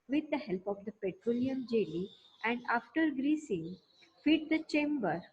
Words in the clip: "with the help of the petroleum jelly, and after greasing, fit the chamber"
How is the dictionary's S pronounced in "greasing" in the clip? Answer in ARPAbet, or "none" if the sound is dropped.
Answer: S